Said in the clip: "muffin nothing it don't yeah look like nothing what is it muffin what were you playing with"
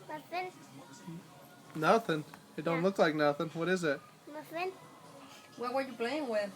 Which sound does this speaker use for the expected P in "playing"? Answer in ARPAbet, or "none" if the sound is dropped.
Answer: B